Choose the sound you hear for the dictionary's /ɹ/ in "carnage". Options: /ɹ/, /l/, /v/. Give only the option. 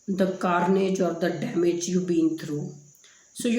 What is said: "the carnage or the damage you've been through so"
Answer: /ɹ/